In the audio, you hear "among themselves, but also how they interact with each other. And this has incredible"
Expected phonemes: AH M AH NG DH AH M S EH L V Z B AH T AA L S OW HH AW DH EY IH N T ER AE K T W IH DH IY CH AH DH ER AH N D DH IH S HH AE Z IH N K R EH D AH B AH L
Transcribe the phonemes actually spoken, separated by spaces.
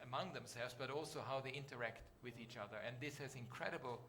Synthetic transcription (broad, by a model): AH M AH NG DH AH M S EH L V Z B AH T AA L S OW HH AW DH EY IH N T ER AE K T W IH DH IY CH AH DH ER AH N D DH IH S HH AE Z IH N K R EH D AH B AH L